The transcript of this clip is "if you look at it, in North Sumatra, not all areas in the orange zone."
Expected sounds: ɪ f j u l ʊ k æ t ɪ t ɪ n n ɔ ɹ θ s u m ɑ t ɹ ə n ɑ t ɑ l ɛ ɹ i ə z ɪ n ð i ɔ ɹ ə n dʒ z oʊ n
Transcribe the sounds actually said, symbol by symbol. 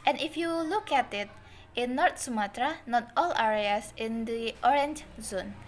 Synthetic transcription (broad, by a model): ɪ f j u l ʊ k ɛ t ɪ t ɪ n n ɔ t s u m ɑ t ɹ ə n ɑ t ɑ l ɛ ɹ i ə s ɪ n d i ɔ ɹ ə n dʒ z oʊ n